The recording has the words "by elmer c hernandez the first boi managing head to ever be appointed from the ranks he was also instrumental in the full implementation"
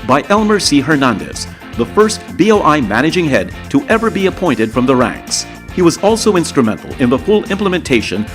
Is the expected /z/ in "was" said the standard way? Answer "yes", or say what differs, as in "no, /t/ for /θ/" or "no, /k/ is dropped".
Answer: yes